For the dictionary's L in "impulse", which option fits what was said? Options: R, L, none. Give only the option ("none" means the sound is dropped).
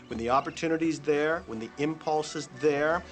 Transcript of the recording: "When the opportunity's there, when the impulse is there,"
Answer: L